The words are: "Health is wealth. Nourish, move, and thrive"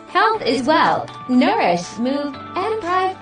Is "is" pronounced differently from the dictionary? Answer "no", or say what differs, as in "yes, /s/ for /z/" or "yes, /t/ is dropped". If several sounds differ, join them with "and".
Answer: no